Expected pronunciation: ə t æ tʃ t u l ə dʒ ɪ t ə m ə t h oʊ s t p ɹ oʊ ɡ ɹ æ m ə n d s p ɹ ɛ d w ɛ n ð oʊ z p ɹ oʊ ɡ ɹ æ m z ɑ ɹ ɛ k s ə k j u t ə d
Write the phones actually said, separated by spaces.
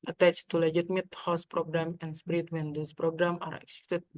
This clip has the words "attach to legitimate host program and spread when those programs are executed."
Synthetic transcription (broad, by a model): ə t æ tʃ t u l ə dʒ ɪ t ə m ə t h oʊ s p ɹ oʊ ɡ ɹ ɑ m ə n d s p ɹ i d w ɛ n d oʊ s p ɹ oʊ ɡ ɹ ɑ m ɑ ɹ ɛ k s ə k t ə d